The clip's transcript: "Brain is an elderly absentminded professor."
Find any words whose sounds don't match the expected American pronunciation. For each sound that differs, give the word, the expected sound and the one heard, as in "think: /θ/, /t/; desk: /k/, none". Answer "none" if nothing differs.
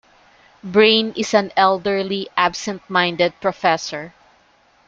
is: /z/, /s/